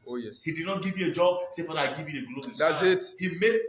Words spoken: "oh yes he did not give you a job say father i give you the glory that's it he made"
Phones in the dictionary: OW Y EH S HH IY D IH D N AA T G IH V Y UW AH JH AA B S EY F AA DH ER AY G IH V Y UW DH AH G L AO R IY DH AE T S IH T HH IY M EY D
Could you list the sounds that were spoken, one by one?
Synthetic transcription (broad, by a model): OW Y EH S HH IY D IH D N AA T G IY V Y UW AH JH AA B S EY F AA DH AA AY G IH V Y UW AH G L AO IY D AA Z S IH T HH IY M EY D